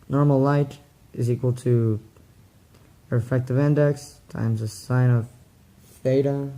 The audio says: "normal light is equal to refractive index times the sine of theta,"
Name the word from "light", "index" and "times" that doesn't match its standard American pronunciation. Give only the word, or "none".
none